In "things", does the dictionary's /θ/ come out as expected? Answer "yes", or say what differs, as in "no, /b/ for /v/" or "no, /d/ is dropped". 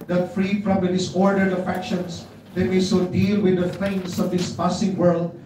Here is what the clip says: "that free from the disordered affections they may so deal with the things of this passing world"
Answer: no, /f/ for /θ/